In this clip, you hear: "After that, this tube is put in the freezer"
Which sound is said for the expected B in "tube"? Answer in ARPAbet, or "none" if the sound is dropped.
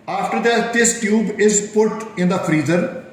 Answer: B